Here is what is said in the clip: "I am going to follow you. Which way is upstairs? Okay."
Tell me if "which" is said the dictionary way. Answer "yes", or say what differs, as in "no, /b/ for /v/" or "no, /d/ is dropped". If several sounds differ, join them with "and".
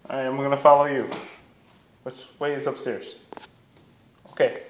no, /s/ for /tʃ/